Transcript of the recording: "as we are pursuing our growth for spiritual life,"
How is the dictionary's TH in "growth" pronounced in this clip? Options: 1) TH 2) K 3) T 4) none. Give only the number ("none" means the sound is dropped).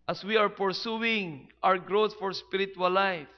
3